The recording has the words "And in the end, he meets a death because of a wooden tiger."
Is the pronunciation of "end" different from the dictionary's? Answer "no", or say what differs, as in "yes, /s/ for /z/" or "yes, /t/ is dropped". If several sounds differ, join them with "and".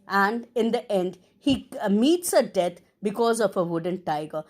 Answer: no